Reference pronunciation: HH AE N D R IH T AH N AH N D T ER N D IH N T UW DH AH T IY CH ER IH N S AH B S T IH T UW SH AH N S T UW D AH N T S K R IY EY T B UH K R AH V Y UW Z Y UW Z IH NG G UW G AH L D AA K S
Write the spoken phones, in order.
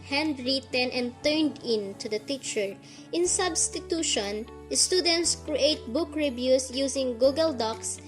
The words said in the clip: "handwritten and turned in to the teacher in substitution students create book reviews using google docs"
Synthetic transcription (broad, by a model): HH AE N D R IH T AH N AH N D T ER N D IH N T UW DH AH T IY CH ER IH N S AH B S T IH T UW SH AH N S T UW D AH N T S K R IY EY T B UH K R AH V Y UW S Y UW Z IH NG G UW G AH L D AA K S